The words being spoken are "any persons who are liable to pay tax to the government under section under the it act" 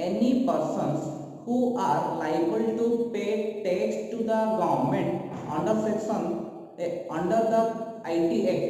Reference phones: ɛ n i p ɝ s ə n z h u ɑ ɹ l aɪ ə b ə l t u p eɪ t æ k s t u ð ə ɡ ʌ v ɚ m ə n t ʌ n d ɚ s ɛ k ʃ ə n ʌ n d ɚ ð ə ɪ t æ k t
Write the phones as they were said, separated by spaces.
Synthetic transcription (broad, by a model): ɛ n i p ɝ s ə n s h u ɑ ɹ l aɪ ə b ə l t u p eɪ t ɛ s t u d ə ɡ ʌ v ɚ m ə n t ʌ n d ɚ s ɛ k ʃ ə n ʌ n d ɚ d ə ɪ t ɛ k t